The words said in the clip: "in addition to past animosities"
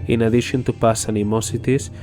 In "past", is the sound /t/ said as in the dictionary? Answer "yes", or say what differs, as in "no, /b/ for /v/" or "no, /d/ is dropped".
no, /t/ is dropped